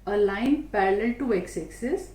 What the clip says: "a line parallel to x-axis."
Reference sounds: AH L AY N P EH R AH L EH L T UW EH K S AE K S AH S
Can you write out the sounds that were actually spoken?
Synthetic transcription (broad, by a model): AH L AY N P EH R AH L EH L T UW EH K S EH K S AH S